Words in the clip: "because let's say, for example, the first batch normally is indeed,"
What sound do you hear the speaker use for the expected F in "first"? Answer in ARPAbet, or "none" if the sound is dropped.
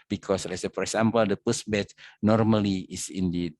P